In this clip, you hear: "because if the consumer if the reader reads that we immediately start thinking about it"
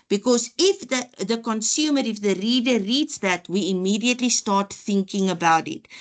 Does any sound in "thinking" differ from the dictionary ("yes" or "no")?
no